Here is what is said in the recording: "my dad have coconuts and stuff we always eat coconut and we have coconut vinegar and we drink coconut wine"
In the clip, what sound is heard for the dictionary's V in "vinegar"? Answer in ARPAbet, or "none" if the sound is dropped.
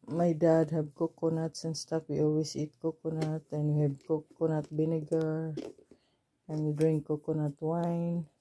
B